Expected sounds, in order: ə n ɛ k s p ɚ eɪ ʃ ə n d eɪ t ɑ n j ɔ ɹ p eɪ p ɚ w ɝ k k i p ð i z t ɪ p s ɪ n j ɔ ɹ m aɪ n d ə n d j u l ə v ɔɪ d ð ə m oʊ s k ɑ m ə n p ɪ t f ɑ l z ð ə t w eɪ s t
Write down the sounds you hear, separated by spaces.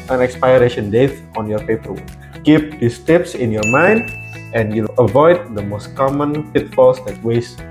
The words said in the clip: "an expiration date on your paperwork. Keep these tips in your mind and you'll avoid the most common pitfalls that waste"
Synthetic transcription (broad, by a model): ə n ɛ k s p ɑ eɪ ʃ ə n d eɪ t ɑ n j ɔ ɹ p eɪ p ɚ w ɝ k k i p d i s t ɪ p s ɪ n j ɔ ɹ m aɪ n d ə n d j u l ə v ɔɪ d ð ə m oʊ s k ɑ m ə n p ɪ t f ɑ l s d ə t w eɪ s